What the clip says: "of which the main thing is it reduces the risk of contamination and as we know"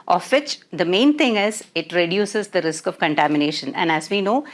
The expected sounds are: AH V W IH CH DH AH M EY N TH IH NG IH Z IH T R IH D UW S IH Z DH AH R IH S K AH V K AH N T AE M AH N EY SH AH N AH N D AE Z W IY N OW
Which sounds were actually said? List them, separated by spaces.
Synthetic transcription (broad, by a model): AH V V IH CH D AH M EY N T IH NG IH Z IH T R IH D UW S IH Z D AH R IH S K AH V K AH N T AE M AH N EY SH AH N AH N D AE Z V IY N OW